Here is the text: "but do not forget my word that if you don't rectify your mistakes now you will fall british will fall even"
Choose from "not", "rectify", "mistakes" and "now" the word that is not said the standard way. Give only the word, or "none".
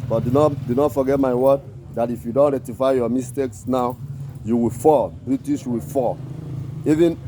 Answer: rectify